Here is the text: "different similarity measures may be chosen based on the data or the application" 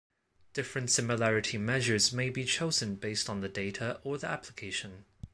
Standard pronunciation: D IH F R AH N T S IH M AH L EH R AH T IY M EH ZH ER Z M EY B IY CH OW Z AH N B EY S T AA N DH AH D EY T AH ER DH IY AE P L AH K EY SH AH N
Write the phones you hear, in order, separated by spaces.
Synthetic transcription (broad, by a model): D IH F R AH N T S IH M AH L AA R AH T IY M EH ZH ER Z M EY B IY CH OW Z AH N B EY S T N DH AH D EY T AH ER DH IY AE P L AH K EY SH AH N